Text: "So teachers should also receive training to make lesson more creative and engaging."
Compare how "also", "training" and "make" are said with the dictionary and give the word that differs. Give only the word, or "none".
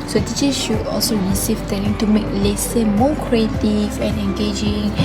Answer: training